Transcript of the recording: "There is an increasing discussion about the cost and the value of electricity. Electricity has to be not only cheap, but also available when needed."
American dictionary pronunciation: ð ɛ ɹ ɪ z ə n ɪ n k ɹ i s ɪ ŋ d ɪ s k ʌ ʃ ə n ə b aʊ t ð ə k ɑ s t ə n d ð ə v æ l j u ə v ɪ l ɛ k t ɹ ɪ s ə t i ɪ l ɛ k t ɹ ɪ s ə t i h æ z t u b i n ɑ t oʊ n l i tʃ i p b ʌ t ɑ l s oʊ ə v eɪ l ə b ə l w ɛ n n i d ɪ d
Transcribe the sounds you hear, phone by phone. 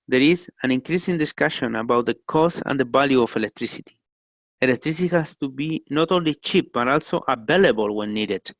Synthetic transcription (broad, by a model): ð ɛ ɹ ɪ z ə n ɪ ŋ k ɹ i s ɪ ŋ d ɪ s k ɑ ʃ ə n ə b aʊ t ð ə k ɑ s ə n d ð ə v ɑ l j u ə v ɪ l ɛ k t ɹ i s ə t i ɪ l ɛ k t ɹ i s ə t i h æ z t u b i n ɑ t oʊ n l i tʃ i p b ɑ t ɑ l s oʊ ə b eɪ l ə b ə l w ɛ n n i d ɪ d